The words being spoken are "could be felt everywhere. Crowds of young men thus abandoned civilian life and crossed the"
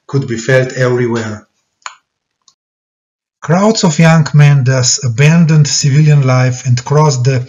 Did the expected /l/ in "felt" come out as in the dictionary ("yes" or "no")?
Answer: yes